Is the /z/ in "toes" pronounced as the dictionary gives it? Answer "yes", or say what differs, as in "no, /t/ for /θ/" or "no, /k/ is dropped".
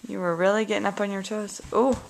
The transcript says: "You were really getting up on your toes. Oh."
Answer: no, /s/ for /z/